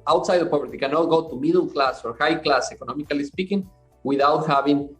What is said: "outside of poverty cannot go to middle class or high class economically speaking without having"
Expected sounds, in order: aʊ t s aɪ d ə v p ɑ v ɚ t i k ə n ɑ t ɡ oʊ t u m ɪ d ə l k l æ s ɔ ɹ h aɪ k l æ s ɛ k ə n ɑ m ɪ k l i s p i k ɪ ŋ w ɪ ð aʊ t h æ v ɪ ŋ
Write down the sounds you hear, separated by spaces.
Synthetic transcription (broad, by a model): aʊ t s aɪ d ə p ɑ b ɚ t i k ə n ɑ t ɡ oʊ t u m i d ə l k l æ s ɔ ɹ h aɪ k l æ s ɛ k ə n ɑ m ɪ k l i s p i k ɪ ŋ w ɪ ð aʊ t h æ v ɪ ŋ